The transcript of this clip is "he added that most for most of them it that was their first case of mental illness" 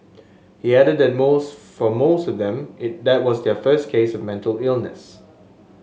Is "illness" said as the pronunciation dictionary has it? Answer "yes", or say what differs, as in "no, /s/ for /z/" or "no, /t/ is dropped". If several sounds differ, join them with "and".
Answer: yes